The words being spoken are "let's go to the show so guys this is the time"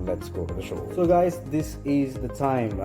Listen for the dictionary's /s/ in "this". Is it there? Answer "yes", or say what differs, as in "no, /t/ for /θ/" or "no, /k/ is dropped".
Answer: yes